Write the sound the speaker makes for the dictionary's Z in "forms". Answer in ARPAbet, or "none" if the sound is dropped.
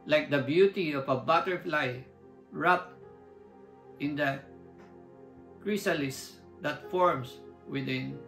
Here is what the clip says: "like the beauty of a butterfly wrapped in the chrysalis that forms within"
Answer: S